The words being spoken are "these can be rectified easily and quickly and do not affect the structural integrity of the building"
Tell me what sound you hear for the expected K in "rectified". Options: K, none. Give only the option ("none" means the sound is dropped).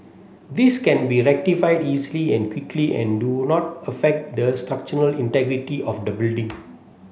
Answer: K